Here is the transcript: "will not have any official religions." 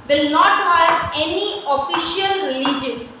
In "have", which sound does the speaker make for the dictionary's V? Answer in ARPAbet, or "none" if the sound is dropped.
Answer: P